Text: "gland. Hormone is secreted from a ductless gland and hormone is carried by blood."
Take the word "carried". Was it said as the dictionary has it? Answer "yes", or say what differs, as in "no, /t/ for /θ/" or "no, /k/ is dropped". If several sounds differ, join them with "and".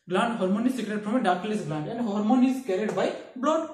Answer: yes